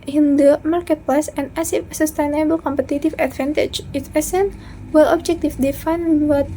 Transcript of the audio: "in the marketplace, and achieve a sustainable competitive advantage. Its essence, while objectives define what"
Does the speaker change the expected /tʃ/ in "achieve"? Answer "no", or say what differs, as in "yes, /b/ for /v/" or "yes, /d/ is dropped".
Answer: yes, /s/ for /tʃ/